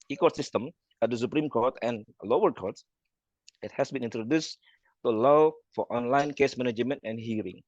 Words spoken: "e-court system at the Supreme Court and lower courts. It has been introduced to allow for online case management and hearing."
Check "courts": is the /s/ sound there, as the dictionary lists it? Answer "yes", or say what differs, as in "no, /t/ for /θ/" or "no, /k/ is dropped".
no, /s/ is dropped